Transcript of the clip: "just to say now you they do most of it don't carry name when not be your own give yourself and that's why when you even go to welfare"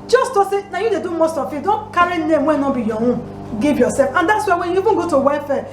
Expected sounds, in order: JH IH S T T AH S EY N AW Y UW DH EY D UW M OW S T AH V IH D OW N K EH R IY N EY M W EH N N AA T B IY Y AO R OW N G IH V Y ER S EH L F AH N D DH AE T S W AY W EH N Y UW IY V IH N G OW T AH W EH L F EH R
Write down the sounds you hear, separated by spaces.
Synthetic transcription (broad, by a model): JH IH S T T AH S EY N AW Y UW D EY D UW M OW S T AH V IH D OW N K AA R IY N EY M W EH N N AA B IY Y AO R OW G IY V Y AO S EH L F AH N D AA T S W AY W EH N Y UW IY B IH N G OW T AH W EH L F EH